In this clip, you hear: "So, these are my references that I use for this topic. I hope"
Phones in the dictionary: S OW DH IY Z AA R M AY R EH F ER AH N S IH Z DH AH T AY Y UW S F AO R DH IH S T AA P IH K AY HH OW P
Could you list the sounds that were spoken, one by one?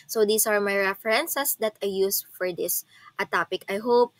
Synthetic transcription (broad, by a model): S OW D IY S AA R M AY R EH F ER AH N S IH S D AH T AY Y UW S F AO R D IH S T AA P IH K AY HH OW P